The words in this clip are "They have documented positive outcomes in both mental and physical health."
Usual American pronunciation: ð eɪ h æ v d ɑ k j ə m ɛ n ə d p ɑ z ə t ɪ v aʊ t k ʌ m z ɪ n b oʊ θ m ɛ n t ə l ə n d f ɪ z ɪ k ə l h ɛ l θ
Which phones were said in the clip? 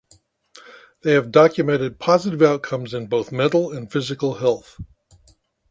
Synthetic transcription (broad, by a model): ð eɪ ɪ v d ɑ k j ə m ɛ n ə d p ɑ z ə t ɪ v aʊ t k ʌ m z ɪ n b oʊ θ m ɛ t l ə n f ɪ z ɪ k l h ɛ l θ